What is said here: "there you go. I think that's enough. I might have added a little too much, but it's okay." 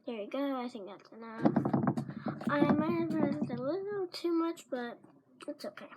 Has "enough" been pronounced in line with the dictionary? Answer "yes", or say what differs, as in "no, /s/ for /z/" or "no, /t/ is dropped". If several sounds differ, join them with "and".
no, /f/ is dropped